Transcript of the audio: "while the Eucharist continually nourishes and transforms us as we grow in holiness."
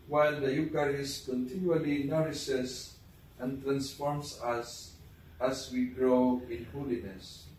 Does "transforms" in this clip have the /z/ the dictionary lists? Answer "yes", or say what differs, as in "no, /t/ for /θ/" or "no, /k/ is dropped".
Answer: no, /s/ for /z/